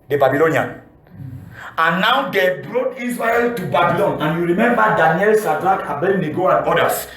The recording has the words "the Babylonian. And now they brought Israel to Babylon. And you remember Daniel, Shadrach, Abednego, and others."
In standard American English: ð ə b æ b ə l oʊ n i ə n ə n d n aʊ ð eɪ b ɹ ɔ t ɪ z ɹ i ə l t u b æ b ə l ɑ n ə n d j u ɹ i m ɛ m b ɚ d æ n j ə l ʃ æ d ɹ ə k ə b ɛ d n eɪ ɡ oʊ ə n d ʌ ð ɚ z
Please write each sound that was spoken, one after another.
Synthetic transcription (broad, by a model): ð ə b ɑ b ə l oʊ n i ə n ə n n aʊ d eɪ b ɹ ɔ t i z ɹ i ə l t u b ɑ b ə l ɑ n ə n j u ɹ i m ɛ m b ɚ d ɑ n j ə l s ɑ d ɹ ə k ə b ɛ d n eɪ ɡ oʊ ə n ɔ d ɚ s